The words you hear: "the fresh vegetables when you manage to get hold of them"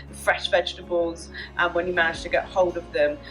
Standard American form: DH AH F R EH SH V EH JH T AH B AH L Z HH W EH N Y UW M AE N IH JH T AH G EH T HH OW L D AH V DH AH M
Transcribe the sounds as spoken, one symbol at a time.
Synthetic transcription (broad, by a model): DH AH F R EH SH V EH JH T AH B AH L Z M W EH N Y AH M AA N IH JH T AH G EH T HH OW L D AH V DH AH M